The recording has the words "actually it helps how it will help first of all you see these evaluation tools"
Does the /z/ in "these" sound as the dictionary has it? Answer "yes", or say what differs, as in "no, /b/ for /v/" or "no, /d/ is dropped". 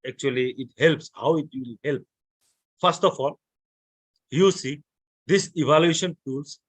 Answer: no, /s/ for /z/